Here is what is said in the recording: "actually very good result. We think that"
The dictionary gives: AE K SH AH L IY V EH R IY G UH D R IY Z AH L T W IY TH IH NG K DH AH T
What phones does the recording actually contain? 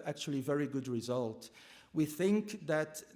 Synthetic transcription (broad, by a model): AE K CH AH L IY V EH R IY G UH D R IY Z AH L T W IY TH IH NG K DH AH T